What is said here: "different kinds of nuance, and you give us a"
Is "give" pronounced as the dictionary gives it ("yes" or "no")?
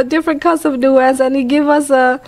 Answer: yes